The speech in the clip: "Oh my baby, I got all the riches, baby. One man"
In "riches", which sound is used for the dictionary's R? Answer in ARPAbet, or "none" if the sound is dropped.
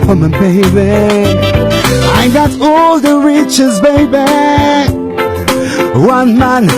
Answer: R